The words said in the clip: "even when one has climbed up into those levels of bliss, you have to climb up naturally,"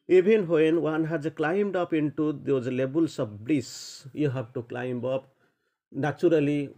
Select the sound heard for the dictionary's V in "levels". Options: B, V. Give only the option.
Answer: B